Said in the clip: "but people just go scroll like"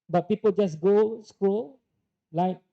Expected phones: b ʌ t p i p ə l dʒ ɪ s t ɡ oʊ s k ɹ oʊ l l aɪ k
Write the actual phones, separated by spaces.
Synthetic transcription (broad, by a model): b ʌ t p i p ə l dʒ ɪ s ɡ oʊ s k u l l aɪ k